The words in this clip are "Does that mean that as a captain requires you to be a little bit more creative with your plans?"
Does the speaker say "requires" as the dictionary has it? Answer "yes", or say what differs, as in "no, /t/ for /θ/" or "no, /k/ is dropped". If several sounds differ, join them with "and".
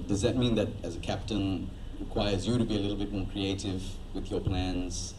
yes